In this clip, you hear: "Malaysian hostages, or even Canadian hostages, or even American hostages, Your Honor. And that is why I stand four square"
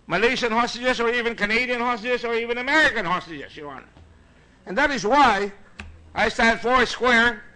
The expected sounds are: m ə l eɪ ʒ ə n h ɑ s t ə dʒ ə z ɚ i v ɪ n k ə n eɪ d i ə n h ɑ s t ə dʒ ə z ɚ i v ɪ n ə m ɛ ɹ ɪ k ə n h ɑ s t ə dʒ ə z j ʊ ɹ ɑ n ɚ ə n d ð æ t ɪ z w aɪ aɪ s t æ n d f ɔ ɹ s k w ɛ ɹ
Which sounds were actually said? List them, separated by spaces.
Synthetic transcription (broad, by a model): m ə l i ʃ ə n h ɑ s t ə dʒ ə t ɚ i v ɪ n k ə n eɪ d i ə n h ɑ s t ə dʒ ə s ɚ i v ɪ n ə m ɛ ɹ ɪ k ə n h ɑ s t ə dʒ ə s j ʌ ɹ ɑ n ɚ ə n ð æ t ɪ z w aɪ aɪ s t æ d f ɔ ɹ s k w ɛ ɹ